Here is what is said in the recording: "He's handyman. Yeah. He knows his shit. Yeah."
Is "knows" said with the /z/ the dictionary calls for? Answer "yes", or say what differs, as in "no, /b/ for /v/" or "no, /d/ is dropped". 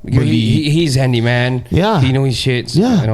no, /z/ is dropped